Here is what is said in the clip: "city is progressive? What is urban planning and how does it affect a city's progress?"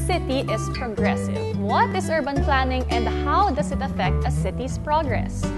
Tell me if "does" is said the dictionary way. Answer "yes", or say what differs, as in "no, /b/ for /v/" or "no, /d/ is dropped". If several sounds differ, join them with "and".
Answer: no, /s/ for /z/